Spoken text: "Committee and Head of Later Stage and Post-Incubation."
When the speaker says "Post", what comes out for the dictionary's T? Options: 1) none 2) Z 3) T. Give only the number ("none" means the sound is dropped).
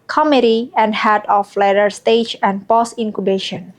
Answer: 1